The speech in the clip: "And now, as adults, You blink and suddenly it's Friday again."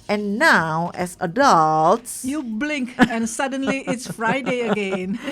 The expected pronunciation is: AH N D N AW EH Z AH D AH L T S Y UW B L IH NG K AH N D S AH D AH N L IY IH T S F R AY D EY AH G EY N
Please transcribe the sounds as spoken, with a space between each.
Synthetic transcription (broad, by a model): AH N N AW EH S AH D AH L T S Y UW B L IH NG K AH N S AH D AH N L IY IH T S F R AY D EY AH G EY N